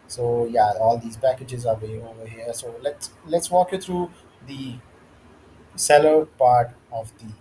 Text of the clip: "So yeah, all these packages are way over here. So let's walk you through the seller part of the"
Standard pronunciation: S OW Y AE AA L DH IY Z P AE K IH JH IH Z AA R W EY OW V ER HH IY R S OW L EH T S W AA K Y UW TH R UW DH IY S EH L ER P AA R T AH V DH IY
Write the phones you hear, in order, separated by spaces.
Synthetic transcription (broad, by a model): S OW Y AE AA L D IY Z P AE K IH JH IH Z AA R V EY OW V ER HH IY R S OW L EH T S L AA K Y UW T R UW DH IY S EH L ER P AA R T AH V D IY